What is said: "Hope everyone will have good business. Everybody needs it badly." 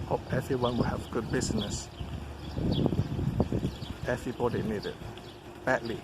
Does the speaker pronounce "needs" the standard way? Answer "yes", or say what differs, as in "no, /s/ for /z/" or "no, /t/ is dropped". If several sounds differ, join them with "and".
no, /z/ is dropped